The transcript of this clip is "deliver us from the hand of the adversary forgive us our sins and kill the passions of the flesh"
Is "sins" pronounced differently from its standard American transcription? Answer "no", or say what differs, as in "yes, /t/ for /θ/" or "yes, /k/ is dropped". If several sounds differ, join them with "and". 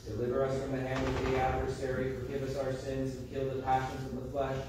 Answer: no